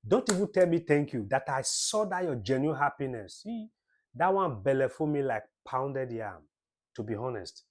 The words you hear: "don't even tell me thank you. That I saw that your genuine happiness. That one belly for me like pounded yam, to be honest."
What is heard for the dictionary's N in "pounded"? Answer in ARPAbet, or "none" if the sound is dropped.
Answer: N